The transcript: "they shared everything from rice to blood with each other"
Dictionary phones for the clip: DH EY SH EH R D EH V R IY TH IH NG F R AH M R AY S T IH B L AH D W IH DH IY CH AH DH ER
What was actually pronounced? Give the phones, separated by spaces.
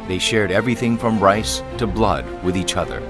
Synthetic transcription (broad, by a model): DH EY SH EH R D EH V R IY TH IH NG F R AH M R AY S T IH B L AH D W IH DH IY CH AH DH ER